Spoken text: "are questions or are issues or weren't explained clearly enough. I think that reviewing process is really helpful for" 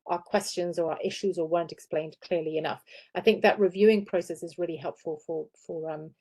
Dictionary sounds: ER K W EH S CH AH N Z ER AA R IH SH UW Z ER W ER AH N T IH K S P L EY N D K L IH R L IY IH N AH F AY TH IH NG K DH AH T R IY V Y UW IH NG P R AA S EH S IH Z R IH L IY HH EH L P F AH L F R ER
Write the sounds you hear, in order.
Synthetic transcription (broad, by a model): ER K W EH S CH AH N Z ER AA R IH SH UW Z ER W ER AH N T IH K S P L EY N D K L IH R L IY IH N AH F AY TH IH NG K DH AH T R IY V Y UW IH NG P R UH S EH S IH Z R IH L IY HH EH L P F AH L F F ER